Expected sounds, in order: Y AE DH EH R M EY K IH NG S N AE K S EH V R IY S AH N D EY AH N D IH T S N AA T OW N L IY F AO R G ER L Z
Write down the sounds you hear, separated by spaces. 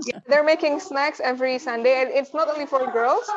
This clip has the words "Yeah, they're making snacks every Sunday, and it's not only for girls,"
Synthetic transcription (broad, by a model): Y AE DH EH R M EY K IH NG S N AE K S EH V R IY S AH N D EY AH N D IH T S N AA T OW N L IY F AO R G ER L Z